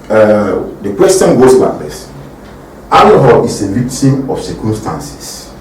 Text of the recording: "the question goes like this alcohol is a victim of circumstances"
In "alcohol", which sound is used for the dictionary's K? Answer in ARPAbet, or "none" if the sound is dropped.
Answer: none